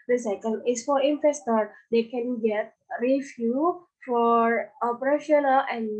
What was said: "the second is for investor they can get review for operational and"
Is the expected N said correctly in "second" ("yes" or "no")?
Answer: no